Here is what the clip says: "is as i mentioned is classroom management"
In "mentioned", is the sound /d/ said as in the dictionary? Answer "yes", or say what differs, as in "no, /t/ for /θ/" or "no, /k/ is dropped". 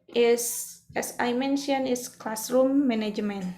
no, /d/ is dropped